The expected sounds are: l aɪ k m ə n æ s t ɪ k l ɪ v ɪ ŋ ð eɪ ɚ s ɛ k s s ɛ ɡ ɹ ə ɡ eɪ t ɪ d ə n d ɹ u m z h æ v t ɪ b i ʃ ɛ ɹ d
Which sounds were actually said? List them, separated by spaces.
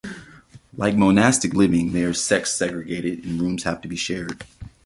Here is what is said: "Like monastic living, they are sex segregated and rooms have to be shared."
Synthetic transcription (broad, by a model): l aɪ k m ə n æ s t ɪ k l ɪ v ɪ ŋ ð eɪ ɚ s ɛ k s s ɛ ɡ ɹ ə ɡ eɪ t ɪ d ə n ɹ u m z h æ f t ɪ b i ʃ ɛ ɹ d